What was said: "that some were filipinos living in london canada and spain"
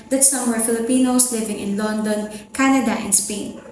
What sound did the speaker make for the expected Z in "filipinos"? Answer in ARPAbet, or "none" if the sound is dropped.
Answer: S